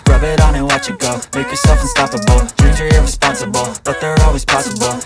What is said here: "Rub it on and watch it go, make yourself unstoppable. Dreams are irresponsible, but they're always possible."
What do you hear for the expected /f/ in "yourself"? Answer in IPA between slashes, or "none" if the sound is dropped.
/f/